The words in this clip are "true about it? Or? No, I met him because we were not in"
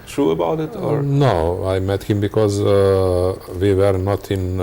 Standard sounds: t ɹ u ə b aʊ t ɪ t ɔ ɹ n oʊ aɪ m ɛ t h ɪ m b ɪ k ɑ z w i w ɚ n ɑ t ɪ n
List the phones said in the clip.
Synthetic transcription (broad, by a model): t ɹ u ə b aʊ t ɪ t ɔ ɹ n oʊ aɪ m ɛ t h ɪ m b ɪ k ɑ z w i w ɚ n ɑ t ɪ n